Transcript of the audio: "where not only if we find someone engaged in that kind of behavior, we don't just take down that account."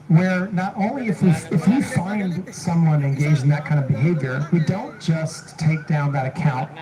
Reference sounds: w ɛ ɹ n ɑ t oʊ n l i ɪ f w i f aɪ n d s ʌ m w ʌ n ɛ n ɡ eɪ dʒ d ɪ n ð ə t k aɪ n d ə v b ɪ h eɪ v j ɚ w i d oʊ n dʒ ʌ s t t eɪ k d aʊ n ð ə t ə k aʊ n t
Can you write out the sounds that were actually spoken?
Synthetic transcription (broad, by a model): w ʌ ɹ n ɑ t oʊ n l i ɪ f w i f aɪ n d s ʌ m w ʌ n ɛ n ɡ eɪ dʒ ɪ n ð ə t k aɪ n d ə v b ɪ h eɪ v j ɚ w i d oʊ n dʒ ʌ s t t eɪ k d aʊ n ð ə t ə k aʊ n t